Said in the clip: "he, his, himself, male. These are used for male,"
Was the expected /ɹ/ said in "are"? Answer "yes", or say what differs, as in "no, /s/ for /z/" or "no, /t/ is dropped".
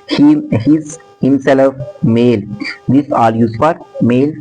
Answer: no, /l/ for /ɹ/